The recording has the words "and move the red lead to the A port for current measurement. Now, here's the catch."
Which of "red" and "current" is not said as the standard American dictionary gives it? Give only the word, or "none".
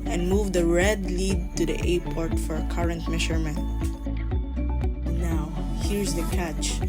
none